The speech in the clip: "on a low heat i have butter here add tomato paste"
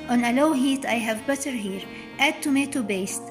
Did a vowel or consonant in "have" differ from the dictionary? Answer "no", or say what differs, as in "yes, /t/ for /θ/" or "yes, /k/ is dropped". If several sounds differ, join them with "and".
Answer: no